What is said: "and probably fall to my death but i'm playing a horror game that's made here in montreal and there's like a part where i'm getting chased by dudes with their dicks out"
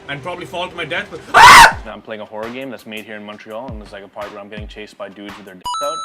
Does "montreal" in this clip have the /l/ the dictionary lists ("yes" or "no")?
yes